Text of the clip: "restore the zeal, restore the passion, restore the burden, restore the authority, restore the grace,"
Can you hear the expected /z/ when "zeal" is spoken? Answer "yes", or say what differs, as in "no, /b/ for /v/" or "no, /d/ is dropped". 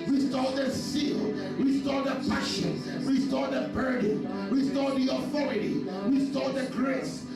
no, /s/ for /z/